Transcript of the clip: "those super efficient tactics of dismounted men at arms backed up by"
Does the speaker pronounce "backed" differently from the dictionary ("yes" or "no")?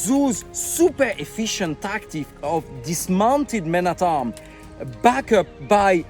yes